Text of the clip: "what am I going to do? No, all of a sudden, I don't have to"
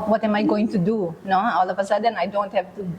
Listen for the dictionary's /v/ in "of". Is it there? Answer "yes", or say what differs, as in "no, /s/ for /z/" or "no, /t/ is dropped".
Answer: no, /p/ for /v/